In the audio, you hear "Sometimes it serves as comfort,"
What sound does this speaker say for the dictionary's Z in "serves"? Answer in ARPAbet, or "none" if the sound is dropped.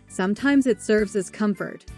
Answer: Z